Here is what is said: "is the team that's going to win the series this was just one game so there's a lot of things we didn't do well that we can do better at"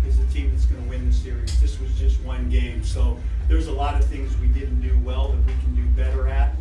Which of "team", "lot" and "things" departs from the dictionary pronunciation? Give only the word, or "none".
none